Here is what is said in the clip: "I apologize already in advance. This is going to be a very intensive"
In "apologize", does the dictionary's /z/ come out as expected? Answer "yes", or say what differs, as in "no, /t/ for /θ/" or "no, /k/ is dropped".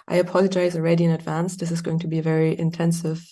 yes